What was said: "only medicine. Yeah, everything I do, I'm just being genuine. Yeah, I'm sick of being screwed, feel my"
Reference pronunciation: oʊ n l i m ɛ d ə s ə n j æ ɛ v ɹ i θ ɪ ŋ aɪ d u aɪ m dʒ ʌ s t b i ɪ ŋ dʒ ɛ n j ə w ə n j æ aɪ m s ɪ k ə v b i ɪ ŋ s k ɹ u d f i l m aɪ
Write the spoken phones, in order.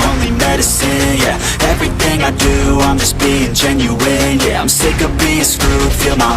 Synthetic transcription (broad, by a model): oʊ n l i m ɛ d ə s ə n j æ ɛ v ɹ i θ ɪ ŋ aɪ d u aɪ m dʒ ʌ s b i ɪ ŋ dʒ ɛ n j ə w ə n j æ aɪ m s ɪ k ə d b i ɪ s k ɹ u f i l m aɪ